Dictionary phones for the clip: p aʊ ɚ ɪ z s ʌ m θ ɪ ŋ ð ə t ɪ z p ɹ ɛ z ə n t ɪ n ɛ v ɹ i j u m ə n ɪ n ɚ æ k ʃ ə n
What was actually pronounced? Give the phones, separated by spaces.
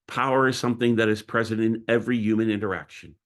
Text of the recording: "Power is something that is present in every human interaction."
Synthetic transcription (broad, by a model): p aʊ ɚ ɪ z s ʌ m θ ɪ ŋ ð ə t ɪ z p ɹ ɛ z ə n t ɪ n ɛ v ɹ i j u m ə n ɪ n ɚ æ k ʃ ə n